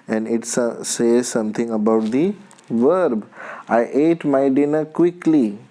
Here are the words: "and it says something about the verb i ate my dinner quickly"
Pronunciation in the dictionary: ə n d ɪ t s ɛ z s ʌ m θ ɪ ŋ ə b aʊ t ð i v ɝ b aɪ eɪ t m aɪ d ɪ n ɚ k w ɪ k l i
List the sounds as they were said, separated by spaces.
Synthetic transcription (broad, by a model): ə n d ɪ t s ɛ z s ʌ m t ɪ ŋ ə b aʊ t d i v ɝ b aɪ eɪ t m aɪ d ɪ n ɚ k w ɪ k l i